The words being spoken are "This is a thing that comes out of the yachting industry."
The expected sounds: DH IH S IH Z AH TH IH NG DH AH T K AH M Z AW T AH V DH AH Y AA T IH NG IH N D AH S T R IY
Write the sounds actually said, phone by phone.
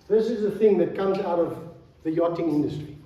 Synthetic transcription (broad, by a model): DH IH S IH Z AH TH IH NG DH AH T K AH M Z AW T AH V DH AH Y AA T IH NG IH N D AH S T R IY